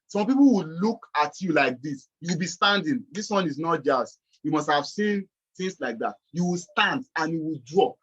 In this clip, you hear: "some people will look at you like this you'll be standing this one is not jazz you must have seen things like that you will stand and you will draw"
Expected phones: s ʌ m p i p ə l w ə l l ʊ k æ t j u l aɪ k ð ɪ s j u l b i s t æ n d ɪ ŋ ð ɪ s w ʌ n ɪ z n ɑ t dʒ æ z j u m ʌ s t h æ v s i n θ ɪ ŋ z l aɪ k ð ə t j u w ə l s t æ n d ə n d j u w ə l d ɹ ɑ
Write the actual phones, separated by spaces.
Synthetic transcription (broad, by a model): s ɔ m p i p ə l w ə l l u k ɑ t j u l aɪ k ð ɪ s j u w b i s t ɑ n d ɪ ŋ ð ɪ s w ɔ n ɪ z n ɑ t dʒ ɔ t j u m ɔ s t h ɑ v s i n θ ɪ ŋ s l aɪ k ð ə t j u w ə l s t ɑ n d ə n j u w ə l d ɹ ɑ